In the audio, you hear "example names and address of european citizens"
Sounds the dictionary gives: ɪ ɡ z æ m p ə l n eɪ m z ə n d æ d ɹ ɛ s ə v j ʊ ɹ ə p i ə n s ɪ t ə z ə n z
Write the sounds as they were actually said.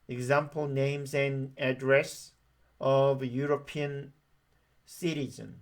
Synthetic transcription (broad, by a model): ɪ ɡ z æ m p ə l n eɪ m z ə n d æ d ɹ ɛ s ə v j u ɹ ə p i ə n s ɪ t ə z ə n